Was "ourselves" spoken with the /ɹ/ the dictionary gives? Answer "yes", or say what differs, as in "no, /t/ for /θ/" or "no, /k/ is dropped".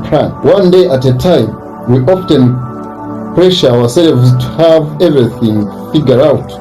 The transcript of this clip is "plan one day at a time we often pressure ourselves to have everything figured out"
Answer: no, /w/ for /ɹ/